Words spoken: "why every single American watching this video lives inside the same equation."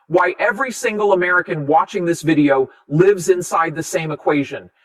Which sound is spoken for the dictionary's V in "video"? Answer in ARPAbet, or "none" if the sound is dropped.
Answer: V